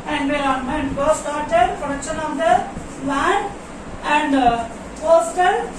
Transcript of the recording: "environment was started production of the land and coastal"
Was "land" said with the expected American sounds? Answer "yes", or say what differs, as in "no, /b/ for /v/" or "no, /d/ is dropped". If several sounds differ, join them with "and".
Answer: no, /d/ is dropped